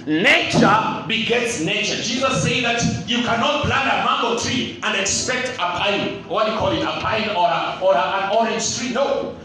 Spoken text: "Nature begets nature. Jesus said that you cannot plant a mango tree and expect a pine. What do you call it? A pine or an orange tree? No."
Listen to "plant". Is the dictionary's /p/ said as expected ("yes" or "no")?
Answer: no